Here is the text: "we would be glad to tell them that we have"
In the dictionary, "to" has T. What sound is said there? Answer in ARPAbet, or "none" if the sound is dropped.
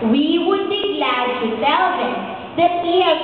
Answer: T